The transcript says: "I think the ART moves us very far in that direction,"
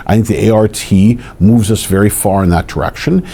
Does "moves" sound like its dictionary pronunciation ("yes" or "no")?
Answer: yes